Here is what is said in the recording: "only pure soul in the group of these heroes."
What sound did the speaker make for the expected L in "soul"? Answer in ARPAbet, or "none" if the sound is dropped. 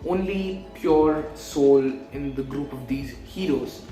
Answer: L